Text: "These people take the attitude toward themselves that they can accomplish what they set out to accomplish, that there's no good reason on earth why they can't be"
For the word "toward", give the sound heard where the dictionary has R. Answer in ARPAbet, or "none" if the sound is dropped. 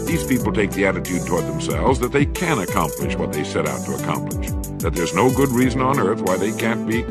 R